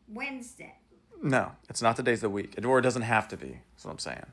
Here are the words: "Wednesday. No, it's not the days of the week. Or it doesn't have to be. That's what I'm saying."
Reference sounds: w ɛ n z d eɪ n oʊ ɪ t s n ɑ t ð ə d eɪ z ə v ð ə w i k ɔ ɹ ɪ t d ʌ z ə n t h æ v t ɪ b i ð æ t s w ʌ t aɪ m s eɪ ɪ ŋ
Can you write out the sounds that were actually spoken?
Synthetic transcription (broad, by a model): w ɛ n z d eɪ n oʊ ɪ t s n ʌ t ð ə d eɪ ə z ð ə w i k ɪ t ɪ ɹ d ʌ z ə n t h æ f t ɪ b i w ʌ t aɪ m s eɪ ɪ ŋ